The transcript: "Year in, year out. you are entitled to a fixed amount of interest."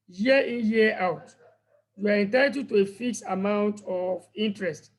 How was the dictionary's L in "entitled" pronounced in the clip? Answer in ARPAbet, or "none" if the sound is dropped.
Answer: none